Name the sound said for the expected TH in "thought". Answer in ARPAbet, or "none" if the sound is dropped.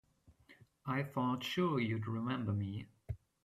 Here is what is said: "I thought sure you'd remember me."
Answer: F